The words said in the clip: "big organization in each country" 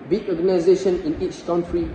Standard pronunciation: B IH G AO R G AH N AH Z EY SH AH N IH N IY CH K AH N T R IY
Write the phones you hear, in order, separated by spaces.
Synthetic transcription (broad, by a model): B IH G AO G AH N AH Z EY SH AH N IH N IY CH K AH N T R IY